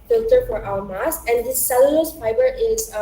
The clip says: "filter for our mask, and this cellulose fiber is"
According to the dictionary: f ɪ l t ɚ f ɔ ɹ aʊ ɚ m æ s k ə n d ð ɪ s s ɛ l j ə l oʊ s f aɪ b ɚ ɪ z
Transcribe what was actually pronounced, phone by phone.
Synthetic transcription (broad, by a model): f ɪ l t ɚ f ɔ ɹ aʊ ɚ m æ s ə n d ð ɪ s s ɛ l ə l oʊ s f aɪ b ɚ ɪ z